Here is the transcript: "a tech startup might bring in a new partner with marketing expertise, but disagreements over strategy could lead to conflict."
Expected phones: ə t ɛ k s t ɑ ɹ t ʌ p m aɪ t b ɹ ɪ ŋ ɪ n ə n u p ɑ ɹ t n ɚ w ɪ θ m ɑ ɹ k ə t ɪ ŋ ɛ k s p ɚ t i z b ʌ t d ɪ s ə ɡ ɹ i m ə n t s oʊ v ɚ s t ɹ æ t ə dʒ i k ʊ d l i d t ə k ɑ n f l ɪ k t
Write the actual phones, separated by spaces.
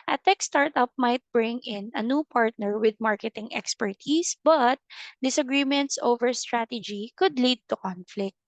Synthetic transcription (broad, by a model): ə t ɛ k s t ɑ ɹ t ʌ p m aɪ t b ɹ ɪ ŋ ɪ n ə n u p ɑ ɹ t n ɚ w ɪ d m ɑ ɹ k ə t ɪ ŋ ɛ k s p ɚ t i s b ʌ t d ɪ s ə ɡ ɹ i m ə n t s oʊ v ɚ s t ɹ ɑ t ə dʒ i k ʊ d l i d t ə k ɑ n f l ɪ k t